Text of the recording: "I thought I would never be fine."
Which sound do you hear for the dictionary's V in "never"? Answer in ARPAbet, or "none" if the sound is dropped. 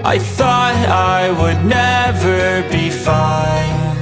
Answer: V